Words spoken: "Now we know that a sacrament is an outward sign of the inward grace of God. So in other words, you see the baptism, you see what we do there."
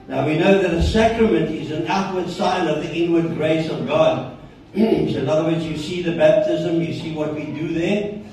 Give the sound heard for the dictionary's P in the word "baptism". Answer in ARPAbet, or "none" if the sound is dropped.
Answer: P